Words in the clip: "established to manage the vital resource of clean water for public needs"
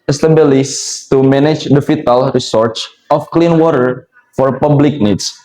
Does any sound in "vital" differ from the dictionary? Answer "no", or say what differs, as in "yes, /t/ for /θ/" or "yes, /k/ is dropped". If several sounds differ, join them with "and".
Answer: yes, /f/ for /v/